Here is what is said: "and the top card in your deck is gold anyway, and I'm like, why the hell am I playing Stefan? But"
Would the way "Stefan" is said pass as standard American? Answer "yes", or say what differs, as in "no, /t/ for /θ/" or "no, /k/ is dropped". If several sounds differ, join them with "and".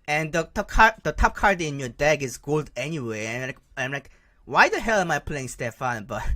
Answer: yes